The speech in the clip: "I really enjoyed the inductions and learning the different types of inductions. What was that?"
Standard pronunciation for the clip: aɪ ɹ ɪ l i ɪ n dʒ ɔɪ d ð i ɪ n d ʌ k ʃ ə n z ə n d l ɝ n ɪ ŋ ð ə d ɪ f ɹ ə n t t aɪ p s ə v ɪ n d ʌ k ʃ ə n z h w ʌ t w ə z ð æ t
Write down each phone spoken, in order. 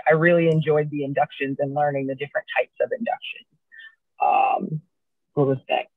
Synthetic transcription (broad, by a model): aɪ ɹ ɪ l i ɪ n dʒ ɔɪ d ð i ɪ n d ʌ k ʃ ə n z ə n l ɝ n ɪ ŋ ð ə d ɪ f ɹ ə n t t aɪ p s ə v ɪ n d ʌ k ʃ ə n z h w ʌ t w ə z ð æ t